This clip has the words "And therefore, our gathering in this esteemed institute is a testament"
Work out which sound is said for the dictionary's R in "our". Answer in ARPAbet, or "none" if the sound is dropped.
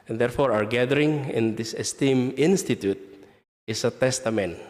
R